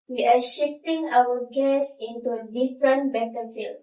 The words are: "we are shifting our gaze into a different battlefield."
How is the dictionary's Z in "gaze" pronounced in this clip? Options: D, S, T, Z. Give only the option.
S